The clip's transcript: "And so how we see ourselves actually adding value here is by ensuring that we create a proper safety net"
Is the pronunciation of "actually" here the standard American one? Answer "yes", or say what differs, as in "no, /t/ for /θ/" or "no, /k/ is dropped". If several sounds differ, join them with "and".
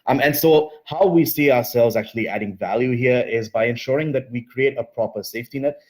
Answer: yes